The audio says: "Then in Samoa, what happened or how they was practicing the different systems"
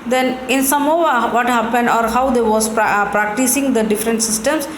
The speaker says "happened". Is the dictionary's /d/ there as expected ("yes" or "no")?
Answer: yes